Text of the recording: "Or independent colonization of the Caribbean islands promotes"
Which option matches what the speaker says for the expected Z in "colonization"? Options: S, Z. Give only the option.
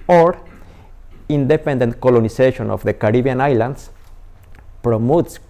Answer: S